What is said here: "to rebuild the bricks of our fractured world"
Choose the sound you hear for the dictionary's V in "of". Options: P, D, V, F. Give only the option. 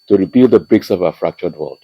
V